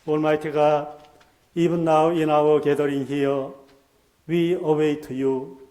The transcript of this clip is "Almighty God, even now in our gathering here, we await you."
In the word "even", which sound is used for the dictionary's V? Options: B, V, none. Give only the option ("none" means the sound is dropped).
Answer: B